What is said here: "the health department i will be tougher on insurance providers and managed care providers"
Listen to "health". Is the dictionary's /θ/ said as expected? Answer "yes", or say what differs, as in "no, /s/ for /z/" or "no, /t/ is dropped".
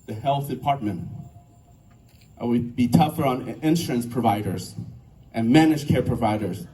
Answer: yes